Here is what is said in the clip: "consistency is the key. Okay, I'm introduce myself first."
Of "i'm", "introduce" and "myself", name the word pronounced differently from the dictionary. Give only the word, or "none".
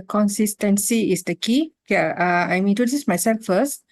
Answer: introduce